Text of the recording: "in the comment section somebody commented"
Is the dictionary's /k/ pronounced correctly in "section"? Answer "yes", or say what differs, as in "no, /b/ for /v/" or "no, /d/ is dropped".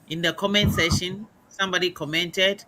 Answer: no, /k/ is dropped